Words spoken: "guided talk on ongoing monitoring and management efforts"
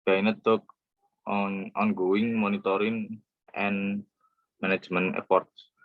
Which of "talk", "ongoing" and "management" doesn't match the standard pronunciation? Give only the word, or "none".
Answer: management